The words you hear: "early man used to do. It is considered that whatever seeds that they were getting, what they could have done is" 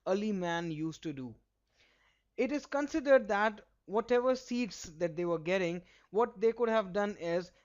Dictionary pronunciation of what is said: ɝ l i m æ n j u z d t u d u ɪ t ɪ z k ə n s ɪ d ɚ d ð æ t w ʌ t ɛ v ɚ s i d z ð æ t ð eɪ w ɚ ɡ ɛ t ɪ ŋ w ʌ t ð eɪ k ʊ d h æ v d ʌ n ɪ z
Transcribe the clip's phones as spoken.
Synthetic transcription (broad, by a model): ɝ l i m æ n j u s t u d u ɪ t ɪ z k ə n s ɪ d ɚ d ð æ t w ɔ t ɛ v ɚ s i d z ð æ t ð eɪ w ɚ ɡ ɛ t ɪ ŋ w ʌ t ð eɪ k ʊ d h æ v d ʌ n ɪ z